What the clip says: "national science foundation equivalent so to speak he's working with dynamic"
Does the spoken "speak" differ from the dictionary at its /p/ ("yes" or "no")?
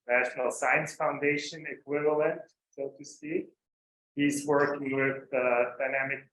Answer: yes